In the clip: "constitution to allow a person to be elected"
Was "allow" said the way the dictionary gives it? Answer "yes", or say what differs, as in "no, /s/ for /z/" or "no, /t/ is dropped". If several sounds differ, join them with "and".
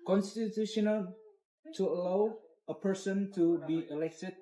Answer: yes